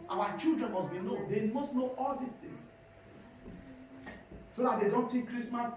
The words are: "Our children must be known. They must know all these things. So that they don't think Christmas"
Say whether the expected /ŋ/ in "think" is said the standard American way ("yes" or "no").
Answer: no